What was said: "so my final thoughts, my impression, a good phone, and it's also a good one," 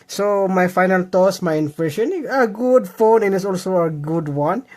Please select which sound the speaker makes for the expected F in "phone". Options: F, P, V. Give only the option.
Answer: F